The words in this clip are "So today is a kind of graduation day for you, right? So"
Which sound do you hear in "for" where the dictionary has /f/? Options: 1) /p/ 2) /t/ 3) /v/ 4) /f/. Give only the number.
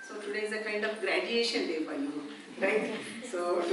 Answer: 1